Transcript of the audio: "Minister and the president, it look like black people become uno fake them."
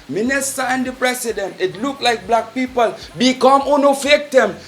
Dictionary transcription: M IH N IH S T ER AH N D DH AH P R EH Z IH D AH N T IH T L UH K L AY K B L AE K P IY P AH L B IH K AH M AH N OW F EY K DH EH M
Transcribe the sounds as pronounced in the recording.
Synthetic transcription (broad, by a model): M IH N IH S T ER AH N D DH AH P R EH S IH D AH N T IH T L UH K L AY K B L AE K P IY P AH L B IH K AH M AH N OW F EY K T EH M